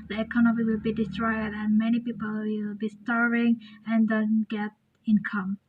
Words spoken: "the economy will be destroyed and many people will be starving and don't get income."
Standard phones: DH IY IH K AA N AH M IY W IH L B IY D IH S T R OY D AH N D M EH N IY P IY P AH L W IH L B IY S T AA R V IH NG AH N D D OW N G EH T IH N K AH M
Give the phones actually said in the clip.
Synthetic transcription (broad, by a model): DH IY IH K AA N AH M IY W IH L B IY D IH S T R OY D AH N M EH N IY P IY P AH L W IH L B IY S T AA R IH NG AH N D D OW N G EH T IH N K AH M